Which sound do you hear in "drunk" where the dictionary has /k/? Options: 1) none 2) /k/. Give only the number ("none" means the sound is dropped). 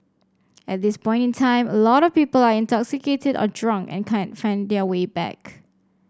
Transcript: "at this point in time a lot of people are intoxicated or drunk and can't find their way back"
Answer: 2